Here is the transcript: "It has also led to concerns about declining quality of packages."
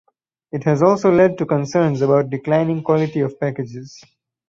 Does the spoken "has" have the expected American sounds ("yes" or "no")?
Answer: yes